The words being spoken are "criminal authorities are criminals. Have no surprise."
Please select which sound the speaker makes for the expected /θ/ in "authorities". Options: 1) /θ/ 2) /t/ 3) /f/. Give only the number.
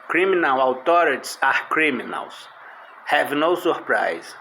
2